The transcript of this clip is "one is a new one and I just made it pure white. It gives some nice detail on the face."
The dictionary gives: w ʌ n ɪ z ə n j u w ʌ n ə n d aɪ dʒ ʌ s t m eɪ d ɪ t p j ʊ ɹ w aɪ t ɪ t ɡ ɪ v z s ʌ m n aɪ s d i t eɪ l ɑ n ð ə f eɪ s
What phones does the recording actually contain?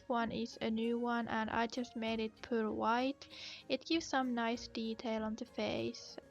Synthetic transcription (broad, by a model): w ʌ n ɪ z ə n j u w ʌ n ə n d aɪ dʒ ʌ s t m eɪ d ɪ t p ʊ l w aɪ t ɪ t ɡ ɪ v z s ʌ m n aɪ s d i t eɪ l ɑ n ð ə f eɪ s